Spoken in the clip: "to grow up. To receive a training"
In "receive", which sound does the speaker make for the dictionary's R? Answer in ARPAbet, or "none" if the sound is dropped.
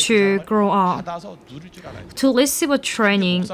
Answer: L